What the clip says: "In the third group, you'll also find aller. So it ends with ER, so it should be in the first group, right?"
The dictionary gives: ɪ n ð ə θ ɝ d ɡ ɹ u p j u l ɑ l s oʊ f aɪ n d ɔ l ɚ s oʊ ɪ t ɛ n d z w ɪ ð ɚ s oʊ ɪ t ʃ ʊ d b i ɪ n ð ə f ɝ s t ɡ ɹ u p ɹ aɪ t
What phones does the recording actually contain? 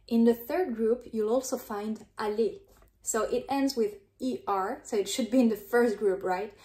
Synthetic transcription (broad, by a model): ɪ n ð ə θ ɝ d ɡ ɹ u p j u l ɑ l s oʊ f aɪ n d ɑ l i s oʊ ɪ t ɛ n d z w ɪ ð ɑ s oʊ ɪ t ʃ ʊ d b i ɪ n ð ə f ɝ s t ɡ ɹ u p ɹ aɪ t